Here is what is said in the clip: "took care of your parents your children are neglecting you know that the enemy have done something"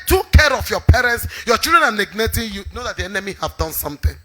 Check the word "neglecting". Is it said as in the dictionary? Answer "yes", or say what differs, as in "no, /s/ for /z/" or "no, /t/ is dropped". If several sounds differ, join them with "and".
no, /n/ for /l/ and /k/ is dropped